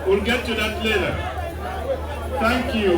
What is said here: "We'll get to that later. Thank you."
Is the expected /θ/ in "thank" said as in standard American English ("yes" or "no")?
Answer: no